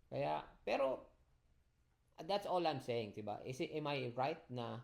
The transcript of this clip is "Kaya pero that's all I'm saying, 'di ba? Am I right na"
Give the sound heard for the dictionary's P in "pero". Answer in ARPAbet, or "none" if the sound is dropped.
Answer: P